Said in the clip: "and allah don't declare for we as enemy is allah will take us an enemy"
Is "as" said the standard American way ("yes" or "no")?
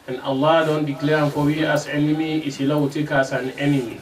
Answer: no